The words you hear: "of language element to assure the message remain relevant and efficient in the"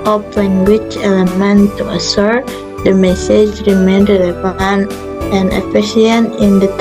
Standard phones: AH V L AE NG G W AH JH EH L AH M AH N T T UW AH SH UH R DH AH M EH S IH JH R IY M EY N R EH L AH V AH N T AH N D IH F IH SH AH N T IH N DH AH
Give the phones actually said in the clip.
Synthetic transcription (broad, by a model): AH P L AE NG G W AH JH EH L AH M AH N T T UW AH S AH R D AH M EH S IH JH R IY M EY N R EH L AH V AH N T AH N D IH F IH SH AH N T IH N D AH